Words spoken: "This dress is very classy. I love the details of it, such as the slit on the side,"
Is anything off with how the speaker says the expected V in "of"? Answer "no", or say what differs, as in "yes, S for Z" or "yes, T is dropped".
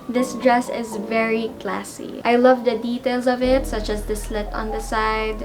no